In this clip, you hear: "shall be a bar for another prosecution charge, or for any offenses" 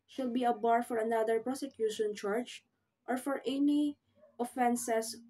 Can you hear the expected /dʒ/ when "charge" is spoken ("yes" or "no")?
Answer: no